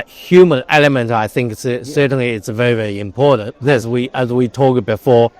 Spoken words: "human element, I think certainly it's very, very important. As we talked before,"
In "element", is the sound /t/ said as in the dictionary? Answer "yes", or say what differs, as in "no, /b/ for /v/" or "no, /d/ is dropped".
yes